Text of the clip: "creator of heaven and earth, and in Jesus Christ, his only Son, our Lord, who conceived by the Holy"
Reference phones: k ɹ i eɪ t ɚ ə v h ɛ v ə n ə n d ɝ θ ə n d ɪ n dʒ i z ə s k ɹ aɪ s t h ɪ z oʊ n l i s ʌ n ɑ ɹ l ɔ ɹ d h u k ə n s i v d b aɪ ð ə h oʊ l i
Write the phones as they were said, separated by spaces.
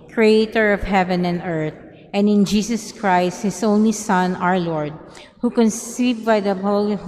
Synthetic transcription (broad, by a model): k ɹ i eɪ t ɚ ə v h ɛ v ə n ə n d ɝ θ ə n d ɪ n dʒ i s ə s k ɹ aɪ s t h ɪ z oʊ n l i s ʌ n ɑ ɹ l ɔ ɹ d h u k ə n s i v b aɪ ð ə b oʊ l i